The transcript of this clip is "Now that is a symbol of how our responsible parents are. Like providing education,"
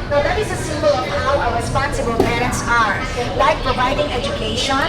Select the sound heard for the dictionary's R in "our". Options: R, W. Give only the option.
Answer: W